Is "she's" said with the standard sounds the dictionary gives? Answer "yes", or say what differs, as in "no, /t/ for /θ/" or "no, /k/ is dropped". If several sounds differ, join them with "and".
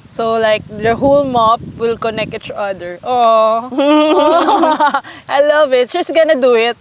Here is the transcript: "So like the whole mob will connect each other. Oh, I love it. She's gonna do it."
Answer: no, /s/ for /z/